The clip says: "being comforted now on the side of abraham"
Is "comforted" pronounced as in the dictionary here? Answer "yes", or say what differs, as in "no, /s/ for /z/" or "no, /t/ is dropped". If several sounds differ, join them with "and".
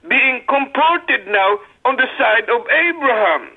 no, /p/ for /f/